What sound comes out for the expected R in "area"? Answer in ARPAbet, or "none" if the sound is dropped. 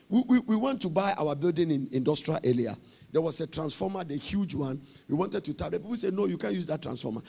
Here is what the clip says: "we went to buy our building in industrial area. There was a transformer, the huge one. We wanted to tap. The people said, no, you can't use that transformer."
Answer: L